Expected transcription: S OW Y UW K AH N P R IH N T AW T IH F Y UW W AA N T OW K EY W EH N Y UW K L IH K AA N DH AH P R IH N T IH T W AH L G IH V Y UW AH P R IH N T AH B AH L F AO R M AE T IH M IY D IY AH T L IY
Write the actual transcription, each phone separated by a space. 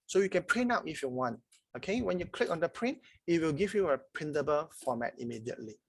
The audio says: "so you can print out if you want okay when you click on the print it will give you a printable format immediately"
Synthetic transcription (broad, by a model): S OW Y UW K AH N P R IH N AW T IH F Y UW W AA N T OW K EY W EH N Y UW K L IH K AA N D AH P R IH N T IH T W AH L G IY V Y UW AH P R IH N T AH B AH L F AO M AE T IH M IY D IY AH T L IY